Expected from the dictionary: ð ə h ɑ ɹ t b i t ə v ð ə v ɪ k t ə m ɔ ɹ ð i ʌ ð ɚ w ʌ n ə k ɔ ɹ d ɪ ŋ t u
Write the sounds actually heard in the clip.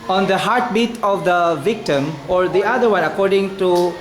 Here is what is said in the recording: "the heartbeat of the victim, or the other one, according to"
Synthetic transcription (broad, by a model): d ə h ɑ ɹ t b i t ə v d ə v ɪ k t ə m ɔ ɹ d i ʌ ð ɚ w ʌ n ə k ɔ ɹ d ɪ ŋ t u